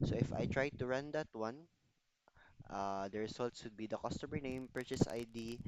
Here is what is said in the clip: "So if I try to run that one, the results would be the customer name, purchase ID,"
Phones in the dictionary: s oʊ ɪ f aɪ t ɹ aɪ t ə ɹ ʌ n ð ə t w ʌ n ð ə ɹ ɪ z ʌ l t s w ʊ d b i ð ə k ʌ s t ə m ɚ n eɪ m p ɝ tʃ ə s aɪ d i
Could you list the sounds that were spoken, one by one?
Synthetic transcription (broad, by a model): s oʊ ɪ f aɪ t ɹ aɪ t ə ɹ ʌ n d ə t w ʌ n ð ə ɹ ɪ s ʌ l t s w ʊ d b i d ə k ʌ s t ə m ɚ n eɪ m p ɝ tʃ ə s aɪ d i